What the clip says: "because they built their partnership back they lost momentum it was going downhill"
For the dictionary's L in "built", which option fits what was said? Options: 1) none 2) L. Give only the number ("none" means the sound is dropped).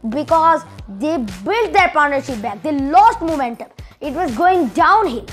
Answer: 2